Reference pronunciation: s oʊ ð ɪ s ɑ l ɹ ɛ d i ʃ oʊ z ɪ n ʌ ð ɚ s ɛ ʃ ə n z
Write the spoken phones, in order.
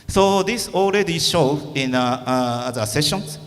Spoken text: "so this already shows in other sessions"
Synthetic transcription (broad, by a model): s oʊ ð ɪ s ɑ l ɹ ɛ d i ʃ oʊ ɪ n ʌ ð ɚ s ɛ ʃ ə n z